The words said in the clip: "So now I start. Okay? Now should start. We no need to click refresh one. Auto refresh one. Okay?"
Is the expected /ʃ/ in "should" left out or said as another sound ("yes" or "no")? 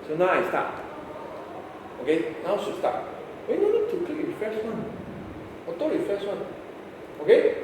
yes